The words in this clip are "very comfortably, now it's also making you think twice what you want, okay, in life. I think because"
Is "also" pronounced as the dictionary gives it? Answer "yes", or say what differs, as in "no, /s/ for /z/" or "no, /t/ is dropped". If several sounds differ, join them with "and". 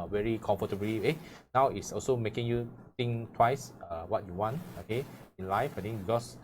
yes